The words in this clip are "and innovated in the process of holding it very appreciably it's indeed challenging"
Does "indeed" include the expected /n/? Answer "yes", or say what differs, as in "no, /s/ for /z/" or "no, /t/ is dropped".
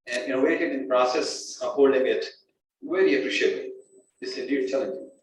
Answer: no, /n/ is dropped